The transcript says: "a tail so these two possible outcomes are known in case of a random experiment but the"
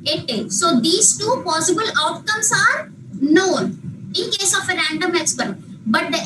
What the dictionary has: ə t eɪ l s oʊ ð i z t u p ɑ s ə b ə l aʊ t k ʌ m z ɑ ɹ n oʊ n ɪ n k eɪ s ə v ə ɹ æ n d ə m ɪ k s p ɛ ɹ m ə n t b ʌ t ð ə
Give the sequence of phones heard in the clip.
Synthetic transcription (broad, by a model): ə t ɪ s oʊ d i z t u p ɑ s ə b ə l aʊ t k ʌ m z ɑ ɹ n oʊ n ɪ n k eɪ s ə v ə ɹ æ n d ə m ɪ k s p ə t b ʌ t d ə